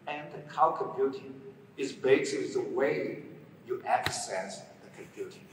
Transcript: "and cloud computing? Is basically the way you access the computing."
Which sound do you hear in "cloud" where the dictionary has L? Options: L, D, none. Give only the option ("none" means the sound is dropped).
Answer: none